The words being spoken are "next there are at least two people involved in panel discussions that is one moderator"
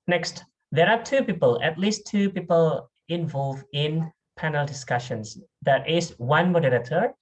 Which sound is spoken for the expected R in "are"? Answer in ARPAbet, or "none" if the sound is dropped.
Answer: L